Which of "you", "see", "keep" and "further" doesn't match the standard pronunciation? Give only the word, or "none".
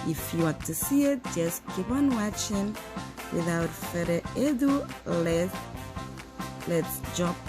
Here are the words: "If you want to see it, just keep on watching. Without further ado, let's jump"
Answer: further